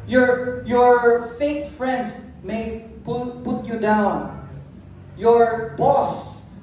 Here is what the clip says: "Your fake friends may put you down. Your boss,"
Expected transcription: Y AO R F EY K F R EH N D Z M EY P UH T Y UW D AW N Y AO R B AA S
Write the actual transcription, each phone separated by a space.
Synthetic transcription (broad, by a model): Y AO R F EY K F R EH N D S M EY P UH T Y UW D AW N Y AO R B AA S